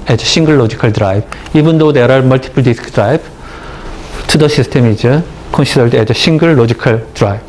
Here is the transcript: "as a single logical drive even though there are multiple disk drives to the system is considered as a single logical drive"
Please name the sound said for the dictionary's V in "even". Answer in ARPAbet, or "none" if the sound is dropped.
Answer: B